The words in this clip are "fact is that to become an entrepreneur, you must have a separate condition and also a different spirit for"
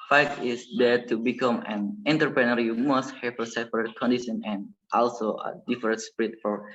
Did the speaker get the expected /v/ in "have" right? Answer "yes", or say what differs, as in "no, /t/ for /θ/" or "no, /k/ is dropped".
no, /f/ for /v/